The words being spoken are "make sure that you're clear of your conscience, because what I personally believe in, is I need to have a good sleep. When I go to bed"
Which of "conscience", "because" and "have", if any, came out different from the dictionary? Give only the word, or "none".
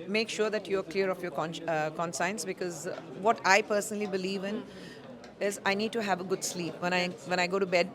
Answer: conscience